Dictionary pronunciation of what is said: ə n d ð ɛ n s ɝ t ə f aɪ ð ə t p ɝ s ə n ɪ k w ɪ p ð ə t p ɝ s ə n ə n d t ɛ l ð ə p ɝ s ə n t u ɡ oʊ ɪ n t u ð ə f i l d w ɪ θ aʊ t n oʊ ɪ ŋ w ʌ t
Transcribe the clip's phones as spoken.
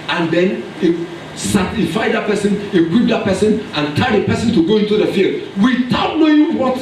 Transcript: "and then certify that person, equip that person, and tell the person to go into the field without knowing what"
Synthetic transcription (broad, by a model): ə n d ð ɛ n s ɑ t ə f aɪ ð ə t p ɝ s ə n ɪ k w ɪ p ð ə t p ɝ s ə n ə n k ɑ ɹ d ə p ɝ s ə n t u ɡ oʊ ɪ n t u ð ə f i l d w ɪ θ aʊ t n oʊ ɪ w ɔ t